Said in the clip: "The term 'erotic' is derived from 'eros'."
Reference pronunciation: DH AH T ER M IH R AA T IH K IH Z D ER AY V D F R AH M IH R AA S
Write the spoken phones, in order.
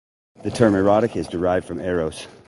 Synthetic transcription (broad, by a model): DH AH T ER M IH R AA T IH K IH Z D ER AY V D F R AH M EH R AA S